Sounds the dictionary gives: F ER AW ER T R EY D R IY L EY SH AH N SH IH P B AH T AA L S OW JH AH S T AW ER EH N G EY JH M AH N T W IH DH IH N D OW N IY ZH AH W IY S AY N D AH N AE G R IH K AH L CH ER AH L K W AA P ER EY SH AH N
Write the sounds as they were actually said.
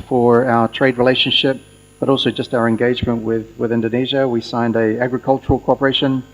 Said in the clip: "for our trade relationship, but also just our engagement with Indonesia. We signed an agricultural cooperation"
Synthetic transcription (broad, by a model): F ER AW ER T R EY D R IY L EY SH AH N SH IH P B AH T AA L S OW JH AH S T AW ER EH N G EY JH M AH N T W IH DH IH N D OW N IY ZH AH W IY S AY N D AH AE G R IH K AH L CH ER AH L K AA P ER EY SH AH N